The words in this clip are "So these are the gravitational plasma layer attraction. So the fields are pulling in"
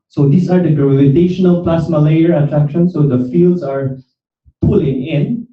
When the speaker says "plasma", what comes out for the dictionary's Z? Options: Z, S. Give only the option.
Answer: S